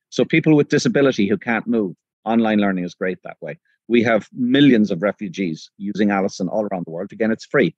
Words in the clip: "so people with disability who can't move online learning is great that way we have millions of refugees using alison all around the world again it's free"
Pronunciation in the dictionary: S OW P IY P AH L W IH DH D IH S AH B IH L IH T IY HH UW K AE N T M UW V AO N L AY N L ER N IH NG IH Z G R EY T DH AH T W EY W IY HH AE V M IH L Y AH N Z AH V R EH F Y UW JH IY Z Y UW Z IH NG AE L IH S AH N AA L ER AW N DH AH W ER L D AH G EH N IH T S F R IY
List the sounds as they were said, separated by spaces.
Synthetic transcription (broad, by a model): S OW P IY P AH L W IH DH D IH S AH B IH L IH T IY HH UW K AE N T M UW V AO N L AY N L ER N IH NG IH Z G R EY T DH AH T W EY W IY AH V M IH L Y AH N Z AH V R EH F Y UW JH IY Z Y UW Z IH NG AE L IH S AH N AA L ER AW N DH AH W ER L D AH G EH N IH T S F R IY